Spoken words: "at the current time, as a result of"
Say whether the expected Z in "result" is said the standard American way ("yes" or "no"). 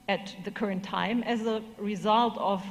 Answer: yes